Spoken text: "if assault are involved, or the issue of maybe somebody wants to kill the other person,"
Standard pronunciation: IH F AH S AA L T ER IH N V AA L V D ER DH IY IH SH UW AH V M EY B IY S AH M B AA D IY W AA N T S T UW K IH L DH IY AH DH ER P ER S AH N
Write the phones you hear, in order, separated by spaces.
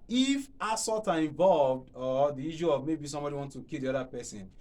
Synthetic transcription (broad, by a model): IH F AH S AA T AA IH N V AA L V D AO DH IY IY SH UW AH V M EY B IY S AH M B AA D IY W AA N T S T UW K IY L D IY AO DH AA P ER S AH N